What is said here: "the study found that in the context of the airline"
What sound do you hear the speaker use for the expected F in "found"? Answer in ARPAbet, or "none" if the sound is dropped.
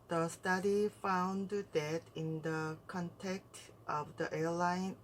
F